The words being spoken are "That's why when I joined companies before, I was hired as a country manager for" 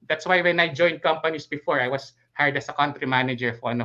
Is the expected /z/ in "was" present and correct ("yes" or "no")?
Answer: no